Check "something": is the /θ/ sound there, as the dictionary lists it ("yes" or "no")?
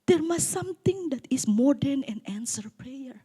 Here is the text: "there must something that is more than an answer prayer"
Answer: no